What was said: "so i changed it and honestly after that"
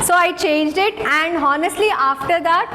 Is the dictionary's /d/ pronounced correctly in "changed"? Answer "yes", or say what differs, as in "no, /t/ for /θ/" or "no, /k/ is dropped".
yes